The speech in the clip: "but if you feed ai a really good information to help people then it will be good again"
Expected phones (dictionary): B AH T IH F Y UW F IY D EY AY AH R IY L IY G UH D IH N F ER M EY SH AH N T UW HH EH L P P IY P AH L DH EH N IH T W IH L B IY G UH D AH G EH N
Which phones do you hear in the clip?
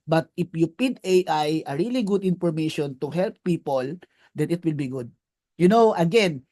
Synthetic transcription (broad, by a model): B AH T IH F Y UW P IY D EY AY AH R IY L IY G UH D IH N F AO M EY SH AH N T UW HH EH L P P IY P AH L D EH N IH T W IH L B IY G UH D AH G EH N